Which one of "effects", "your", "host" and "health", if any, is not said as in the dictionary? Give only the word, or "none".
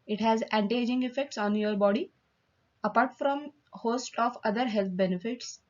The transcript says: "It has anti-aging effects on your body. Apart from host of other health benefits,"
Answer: health